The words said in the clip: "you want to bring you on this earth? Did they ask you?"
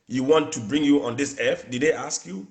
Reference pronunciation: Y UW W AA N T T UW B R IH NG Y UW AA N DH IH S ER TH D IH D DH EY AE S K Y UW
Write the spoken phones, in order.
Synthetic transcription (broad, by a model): Y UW W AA N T T UW B R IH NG Y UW AA N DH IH S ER F D IH D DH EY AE S K Y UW